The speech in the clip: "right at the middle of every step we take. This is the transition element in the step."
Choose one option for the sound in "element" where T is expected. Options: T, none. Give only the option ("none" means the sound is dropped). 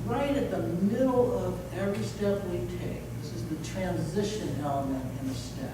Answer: none